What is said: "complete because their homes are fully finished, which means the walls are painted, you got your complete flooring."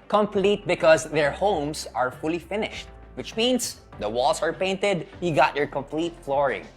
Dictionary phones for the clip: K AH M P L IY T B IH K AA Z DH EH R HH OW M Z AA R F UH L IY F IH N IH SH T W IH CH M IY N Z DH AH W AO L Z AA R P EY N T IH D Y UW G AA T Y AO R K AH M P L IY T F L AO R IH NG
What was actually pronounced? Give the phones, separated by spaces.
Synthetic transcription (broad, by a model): K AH M P L IY T B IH K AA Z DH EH R HH OW M S AA R F UH L IY F IH N IH SH T W IH CH M IY N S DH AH W AO L S AA R P EY N T IH D Y UW G AA T Y AO R K AH M P L IY T F L AO R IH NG